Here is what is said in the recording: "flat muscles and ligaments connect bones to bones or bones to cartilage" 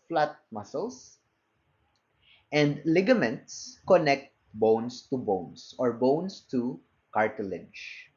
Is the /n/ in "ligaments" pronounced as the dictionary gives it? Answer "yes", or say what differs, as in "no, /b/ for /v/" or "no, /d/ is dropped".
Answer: yes